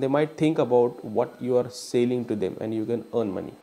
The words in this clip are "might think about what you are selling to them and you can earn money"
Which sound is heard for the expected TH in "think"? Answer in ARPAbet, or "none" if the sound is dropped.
T